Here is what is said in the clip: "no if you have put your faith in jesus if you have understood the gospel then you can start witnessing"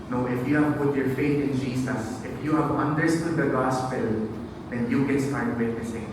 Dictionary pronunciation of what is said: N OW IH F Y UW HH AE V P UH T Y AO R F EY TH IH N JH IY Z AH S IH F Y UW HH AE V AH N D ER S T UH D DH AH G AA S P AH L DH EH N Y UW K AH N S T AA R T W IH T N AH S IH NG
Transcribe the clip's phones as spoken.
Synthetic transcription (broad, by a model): N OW IH F Y UW HH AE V P UH T Y AO R F EY T IH N JH IY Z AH S IH F Y UW HH AE V AH N D ER S T UH D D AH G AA S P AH L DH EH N Y UW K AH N S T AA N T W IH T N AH S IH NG